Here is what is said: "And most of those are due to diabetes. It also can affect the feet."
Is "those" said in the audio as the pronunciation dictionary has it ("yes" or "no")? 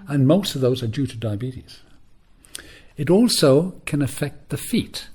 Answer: yes